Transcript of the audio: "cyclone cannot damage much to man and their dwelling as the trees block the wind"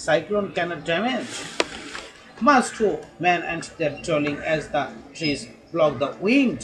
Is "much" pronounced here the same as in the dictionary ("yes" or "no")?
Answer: no